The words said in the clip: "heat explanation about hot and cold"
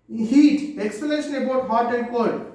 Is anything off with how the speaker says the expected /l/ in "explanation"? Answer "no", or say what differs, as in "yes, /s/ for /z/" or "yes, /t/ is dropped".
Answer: yes, /l/ is dropped